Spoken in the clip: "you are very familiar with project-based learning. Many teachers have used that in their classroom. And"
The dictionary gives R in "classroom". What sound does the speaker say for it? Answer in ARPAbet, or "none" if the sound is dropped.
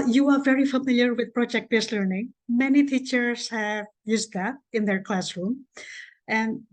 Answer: R